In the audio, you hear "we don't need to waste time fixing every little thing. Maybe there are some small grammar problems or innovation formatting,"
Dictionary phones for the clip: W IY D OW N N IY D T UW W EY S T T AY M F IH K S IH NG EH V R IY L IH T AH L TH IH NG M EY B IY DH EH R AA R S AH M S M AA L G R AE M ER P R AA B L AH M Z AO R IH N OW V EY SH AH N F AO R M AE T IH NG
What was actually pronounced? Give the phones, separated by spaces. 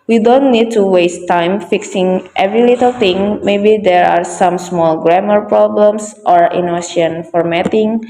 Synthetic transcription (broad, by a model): W IY D OW N N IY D T UW W EY S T T AY M F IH K S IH NG EH V R IY L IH T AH L T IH NG M EY B IY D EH R AA R S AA M S M AA L G R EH M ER P R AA B L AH M S AO R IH N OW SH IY AH N F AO R M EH T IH NG